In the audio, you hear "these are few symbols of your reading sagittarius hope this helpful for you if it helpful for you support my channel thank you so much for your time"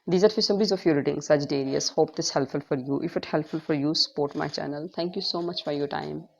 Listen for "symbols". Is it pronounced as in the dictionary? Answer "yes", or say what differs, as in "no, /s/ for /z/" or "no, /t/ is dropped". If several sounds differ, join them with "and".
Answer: no, /l/ is dropped